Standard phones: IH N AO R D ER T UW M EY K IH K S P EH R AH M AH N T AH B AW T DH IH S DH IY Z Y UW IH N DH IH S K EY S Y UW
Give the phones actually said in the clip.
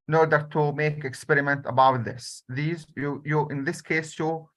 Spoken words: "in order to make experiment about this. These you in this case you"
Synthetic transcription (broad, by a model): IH N AO R D ER T UW M EY K IH K S P EH R AH M AH N T AH B AW T DH IH S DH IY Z Y UW IH N DH IH S K EY S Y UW